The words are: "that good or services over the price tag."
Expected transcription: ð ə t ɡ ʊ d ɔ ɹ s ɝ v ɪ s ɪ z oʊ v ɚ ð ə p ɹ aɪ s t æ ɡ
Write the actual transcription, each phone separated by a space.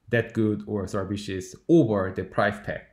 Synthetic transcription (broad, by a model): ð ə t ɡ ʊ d ɔ ɹ s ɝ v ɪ ʃ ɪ s oʊ v ɚ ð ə p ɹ aɪ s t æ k